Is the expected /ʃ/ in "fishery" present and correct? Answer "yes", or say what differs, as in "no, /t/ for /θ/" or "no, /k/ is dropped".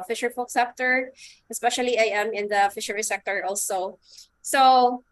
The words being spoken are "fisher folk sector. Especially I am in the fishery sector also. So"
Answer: yes